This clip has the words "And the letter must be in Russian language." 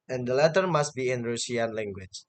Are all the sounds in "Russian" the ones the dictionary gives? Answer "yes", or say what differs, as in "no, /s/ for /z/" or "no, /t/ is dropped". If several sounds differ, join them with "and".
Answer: no, /s/ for /ʃ/